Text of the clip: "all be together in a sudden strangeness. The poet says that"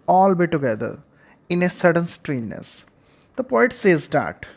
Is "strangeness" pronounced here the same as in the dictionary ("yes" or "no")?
no